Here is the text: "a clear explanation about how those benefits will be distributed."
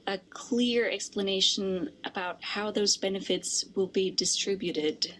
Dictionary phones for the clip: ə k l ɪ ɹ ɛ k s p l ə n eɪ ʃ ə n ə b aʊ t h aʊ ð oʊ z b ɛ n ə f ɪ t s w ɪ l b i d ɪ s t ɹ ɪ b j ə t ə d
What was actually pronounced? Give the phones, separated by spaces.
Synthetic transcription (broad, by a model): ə k l ɪ ɹ ɛ k s p l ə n eɪ ʃ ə n ə b aʊ t h aʊ ð oʊ z b ɛ n ə f ɪ t s w ɪ l b i d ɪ s t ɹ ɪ b j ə t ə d